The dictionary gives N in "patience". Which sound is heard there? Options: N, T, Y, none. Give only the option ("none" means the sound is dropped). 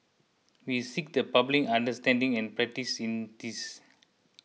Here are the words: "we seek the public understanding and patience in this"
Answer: none